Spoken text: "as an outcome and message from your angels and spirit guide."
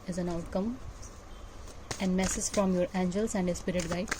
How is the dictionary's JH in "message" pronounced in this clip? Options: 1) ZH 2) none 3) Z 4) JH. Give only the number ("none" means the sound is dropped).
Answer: 3